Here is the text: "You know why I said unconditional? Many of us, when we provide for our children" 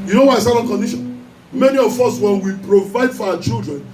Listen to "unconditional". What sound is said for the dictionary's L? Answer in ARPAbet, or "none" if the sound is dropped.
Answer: N